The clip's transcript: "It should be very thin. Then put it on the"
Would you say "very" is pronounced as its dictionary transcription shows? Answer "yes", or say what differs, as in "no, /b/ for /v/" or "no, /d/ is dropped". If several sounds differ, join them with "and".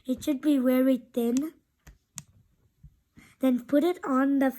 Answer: no, /w/ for /v/